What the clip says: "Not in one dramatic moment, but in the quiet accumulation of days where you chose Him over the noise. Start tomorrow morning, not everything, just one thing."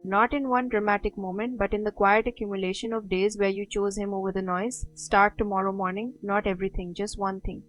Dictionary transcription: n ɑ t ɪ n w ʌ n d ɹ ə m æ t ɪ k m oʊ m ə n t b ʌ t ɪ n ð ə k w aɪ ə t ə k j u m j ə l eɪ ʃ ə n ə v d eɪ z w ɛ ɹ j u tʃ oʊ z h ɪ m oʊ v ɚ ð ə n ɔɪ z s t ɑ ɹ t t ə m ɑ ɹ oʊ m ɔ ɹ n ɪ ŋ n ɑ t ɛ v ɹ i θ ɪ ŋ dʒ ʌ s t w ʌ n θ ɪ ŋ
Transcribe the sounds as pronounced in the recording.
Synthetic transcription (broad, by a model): n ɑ t ɪ n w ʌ n d ɹ ə m æ t ɪ k m oʊ m ə n t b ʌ t ɪ n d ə k w aɪ ə t ə k j u m j ə l eɪ ʃ ə n ə v d eɪ z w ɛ ɹ j u tʃ oʊ z h ɪ m oʊ v ɚ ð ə n ɔɪ z s t ɑ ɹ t t ə m ɑ ɹ oʊ m ɔ ɹ n ɪ ŋ n ɑ t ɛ v ɹ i t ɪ ŋ dʒ ʌ s t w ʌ n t ɪ ŋ